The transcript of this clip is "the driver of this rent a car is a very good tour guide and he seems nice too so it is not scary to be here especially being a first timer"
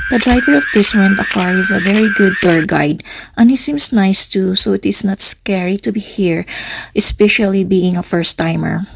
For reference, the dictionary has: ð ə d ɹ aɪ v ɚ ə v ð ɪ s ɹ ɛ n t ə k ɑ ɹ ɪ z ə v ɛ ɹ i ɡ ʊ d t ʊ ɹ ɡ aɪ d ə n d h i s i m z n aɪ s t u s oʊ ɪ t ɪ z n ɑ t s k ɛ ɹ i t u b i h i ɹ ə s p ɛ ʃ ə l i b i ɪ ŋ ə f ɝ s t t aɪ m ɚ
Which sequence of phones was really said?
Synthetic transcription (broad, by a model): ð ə d ɹ aɪ v ɚ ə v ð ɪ s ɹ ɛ n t ə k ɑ ɹ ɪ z ə v ɛ ɹ i ɡ ʊ d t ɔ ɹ ɡ aɪ d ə n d h i s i m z n aɪ s t u s oʊ ɪ t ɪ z n ɑ t s k ɛ ɹ i t u b i h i ɹ ə s p ɛ ʃ ə l i b i ɪ ŋ ə f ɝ s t t aɪ m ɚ